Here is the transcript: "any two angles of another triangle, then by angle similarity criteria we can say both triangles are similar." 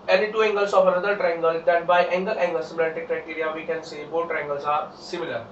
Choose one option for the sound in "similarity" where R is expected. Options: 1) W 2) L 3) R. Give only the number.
2